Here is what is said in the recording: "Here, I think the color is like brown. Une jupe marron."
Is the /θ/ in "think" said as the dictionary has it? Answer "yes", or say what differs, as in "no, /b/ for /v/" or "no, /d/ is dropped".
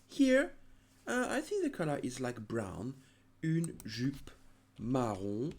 yes